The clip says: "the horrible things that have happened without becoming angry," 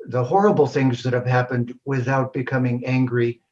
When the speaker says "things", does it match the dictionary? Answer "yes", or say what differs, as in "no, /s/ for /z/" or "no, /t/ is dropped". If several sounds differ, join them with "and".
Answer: yes